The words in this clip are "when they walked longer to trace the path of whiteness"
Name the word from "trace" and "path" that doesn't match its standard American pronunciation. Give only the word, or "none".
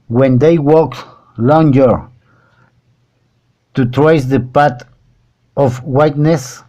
path